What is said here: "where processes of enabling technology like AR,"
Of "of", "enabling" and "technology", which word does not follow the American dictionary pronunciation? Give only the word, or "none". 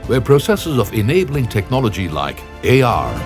none